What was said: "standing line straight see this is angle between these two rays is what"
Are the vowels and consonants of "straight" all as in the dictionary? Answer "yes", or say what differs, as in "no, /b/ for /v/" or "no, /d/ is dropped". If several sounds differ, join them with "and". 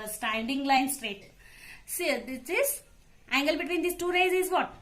yes